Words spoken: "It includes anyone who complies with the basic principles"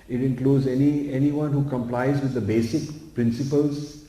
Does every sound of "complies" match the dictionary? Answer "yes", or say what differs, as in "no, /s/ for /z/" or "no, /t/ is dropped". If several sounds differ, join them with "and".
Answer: yes